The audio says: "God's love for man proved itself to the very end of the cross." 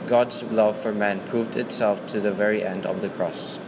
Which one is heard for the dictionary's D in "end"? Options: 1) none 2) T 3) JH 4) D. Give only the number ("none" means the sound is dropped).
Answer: 4